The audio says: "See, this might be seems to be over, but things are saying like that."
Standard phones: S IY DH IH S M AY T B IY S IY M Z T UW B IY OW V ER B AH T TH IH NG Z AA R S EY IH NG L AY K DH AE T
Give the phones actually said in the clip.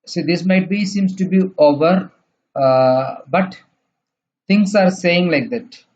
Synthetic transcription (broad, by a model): S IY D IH S M AY T B IY S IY M S T UW B IY OW V ER B AH T T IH NG S AA R S EY IH NG L AY K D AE T